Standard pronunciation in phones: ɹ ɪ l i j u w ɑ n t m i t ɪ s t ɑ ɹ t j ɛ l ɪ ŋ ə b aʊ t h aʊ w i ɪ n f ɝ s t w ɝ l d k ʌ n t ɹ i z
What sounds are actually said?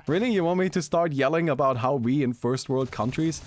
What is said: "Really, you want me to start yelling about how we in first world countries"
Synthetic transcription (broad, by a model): ɹ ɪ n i j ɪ w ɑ n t m i t ɪ s t ɑ ɹ t j ɛ l ɪ ŋ ə b aʊ t h aʊ w i ɪ n f ɝ s t w ɝ l d k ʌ n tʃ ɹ i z